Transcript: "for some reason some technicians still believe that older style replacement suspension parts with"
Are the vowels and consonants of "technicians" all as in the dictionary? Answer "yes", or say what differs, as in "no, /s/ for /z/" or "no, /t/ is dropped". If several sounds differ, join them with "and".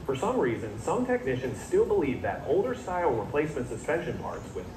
yes